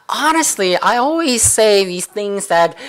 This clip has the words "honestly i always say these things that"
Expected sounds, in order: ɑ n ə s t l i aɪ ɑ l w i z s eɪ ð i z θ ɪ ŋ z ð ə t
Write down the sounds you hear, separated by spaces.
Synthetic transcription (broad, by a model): ɑ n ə s t l i aɪ ɑ l w i z s eɪ ð i z θ ɪ ŋ z ð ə t